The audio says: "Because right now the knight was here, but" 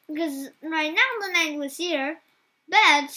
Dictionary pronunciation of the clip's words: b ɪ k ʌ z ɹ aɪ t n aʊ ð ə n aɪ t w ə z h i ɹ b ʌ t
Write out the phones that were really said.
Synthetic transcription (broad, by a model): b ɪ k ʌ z ɹ aɪ t n aʊ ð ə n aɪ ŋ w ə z h i ɹ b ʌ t